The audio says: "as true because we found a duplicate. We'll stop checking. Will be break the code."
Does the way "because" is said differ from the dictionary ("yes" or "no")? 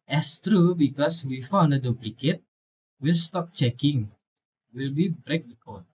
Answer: yes